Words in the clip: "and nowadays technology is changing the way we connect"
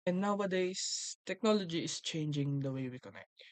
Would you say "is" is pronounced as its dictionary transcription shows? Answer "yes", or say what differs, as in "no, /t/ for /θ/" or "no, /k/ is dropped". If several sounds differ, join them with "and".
no, /s/ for /z/